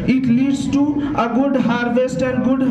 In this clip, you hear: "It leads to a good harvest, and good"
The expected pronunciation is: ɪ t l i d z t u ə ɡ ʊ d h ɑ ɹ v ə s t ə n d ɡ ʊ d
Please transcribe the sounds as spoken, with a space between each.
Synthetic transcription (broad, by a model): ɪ t l i d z t u ə ɡ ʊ d h ɑ ɹ v ə s t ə n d ɡ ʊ d